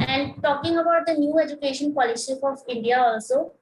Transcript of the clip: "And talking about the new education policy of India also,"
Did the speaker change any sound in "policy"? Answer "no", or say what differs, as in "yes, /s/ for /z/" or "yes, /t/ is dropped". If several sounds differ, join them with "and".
yes, /ʃ/ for /s/